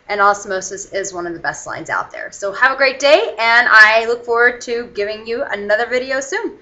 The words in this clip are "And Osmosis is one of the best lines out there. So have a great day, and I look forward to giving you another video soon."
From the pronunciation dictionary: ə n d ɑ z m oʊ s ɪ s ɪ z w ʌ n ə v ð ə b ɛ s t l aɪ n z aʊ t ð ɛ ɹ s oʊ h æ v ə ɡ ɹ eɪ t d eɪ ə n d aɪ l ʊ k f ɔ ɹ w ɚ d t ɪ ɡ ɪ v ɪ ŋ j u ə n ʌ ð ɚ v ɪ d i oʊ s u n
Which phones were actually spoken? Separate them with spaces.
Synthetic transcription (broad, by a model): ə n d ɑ s m oʊ s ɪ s ɪ z w ʌ n ə v ð ə b ɛ s t l aɪ n z aʊ t ð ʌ ɹ s oʊ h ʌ v ə ɡ ɹ eɪ t d eɪ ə n aɪ l ʊ k f ɔ ɹ w ɚ d t ɪ ɡ ɪ v ɪ ŋ j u ə n ʌ ð ɚ v ɪ d i oʊ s u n